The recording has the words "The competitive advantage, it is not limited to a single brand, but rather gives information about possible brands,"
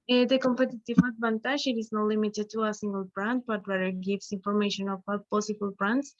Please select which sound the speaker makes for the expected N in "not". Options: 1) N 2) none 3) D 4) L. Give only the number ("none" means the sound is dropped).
1